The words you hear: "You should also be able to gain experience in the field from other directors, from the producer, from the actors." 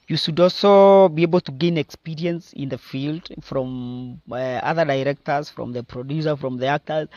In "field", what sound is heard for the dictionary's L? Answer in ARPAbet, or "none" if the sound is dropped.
L